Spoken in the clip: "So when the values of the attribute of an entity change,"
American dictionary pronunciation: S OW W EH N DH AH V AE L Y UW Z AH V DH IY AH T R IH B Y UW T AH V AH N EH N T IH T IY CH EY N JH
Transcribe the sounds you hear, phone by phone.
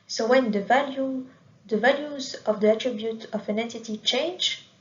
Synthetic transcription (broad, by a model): S OW W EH N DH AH V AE L Y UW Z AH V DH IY AH T R IH B Y UW T AH V AH N EH N T IH T IY CH EY N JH